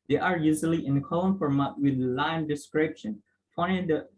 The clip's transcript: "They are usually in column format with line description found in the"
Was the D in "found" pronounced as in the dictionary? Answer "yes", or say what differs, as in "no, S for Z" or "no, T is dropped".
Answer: no, D is dropped